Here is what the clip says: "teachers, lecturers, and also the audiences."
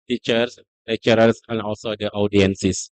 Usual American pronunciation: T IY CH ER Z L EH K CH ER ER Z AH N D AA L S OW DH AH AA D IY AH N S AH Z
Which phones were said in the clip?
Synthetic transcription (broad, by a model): T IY CH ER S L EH CH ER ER S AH N AA L S OW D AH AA D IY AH N S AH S